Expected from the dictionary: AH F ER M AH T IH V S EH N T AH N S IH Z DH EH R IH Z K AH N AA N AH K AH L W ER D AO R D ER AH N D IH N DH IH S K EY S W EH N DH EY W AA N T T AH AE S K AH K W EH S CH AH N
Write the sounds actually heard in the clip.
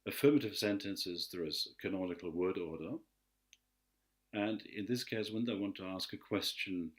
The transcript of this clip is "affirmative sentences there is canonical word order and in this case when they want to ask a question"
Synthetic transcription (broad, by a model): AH F ER M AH T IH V S EH N T AH N S IH Z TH R IH Z K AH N AA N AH K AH L W ER D AO R D ER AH N IH N DH IH S K EY S W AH N DH EY W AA N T T AH AE S K AH K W EH S CH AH N